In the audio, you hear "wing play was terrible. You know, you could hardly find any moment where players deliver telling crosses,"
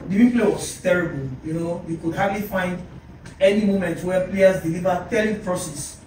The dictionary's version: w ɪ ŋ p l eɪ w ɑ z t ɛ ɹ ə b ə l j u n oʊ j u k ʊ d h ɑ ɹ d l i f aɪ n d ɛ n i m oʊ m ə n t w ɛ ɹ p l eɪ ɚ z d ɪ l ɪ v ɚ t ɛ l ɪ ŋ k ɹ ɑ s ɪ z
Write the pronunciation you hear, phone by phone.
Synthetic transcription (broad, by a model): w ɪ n p l eɪ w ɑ s t ɛ ɹ ə b ə l j u n oʊ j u k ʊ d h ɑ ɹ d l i f aɪ n d ɛ n i m oʊ m ə n t w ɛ p l eɪ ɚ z d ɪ l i v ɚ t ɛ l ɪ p ɹ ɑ s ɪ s